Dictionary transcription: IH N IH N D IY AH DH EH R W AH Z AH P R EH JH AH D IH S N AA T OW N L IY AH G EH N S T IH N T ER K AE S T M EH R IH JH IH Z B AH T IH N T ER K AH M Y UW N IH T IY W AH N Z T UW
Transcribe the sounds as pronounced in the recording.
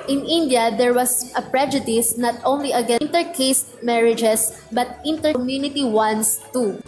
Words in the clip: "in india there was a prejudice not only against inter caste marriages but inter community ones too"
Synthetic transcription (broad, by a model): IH N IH N D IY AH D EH R W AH S AH P R EH JH AH D IH S N AA T OW N L IY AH G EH N T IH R K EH S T M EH R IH JH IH S B AH T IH N T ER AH M Y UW N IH T IY W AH N S T UW